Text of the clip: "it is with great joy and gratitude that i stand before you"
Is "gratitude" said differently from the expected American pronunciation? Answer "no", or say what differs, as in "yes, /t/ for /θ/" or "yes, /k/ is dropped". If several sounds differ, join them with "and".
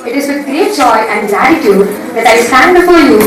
yes, /l/ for /ɹ/